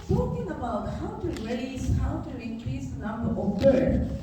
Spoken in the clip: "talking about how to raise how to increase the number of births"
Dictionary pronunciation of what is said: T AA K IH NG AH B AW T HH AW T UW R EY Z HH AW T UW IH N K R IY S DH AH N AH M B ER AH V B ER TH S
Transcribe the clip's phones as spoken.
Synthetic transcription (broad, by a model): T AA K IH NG AH B AW T HH AW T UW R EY S HH AW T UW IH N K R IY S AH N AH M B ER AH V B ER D